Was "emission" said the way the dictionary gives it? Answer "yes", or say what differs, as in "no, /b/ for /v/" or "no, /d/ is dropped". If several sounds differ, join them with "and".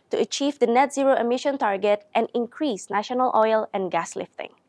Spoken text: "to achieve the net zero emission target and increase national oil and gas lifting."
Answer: yes